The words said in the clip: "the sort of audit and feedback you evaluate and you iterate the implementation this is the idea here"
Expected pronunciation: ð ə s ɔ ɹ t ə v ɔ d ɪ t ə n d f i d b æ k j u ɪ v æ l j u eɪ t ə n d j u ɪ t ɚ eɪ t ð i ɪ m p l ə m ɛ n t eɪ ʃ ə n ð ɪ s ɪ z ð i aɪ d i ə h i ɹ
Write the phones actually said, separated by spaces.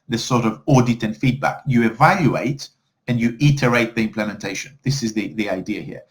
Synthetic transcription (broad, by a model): ð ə s ɔ ɹ t ə v ɔ d ɪ t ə n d f i d b æ k j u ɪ v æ l j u eɪ t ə n j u ɪ t ɚ eɪ t ð i ɪ m p l ə m ɛ n t eɪ ʃ ə n ð ɪ s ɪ z ð i aɪ d i ə h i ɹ